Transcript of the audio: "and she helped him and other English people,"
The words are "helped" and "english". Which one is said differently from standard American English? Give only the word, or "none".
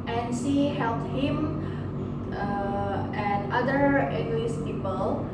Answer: english